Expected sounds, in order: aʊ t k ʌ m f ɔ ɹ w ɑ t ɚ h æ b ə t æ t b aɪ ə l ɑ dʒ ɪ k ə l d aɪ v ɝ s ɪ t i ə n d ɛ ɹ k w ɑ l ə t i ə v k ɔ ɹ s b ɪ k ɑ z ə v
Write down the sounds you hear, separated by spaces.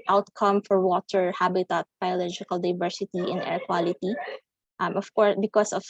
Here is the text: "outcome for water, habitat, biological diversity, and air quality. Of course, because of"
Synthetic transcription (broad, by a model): aʊ t k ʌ m f ɔ ɹ w ɑ t ɚ h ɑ b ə t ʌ t b aɪ ə l ɑ dʒ ɪ k ə l d aɪ v ɝ s ɪ t i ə n ɛ ɹ k w ɑ l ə t i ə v k ɔ ɹ s b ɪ k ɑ s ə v